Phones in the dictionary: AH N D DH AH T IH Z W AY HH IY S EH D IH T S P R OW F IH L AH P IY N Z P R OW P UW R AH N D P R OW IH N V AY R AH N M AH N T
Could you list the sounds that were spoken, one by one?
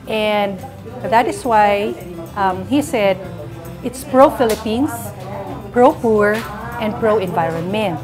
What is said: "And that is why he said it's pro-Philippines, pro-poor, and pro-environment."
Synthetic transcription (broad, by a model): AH N D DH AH T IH S W AY HH IY S EH D IH T S P R OW F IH L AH P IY N S P R OW P UW R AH N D P R OW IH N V AY R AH N M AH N